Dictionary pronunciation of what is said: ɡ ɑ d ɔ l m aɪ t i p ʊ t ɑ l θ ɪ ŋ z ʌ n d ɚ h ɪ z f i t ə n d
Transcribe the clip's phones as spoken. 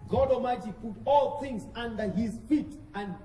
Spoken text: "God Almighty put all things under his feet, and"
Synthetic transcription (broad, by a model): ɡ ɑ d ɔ m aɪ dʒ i p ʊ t ɑ l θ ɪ ŋ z ʌ n d ɚ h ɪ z f i t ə n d